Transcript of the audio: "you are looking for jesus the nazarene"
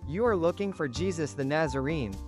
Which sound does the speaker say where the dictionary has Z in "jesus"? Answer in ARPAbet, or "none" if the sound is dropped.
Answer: Z